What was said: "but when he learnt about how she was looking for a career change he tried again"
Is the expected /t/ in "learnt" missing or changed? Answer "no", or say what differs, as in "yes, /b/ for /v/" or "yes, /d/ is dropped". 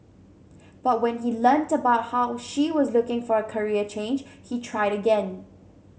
no